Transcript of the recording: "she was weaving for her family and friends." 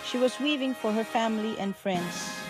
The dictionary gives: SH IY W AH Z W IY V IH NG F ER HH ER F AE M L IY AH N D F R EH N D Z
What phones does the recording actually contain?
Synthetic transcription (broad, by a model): SH IY W AH Z W IY V IH NG F ER HH ER F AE M L IY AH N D F R EH N D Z